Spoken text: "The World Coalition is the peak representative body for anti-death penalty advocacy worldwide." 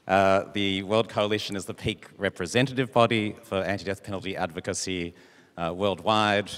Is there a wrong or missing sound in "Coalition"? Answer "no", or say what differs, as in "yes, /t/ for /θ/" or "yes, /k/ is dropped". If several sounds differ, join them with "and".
no